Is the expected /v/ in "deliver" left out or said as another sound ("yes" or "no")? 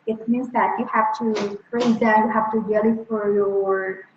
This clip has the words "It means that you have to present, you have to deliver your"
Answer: yes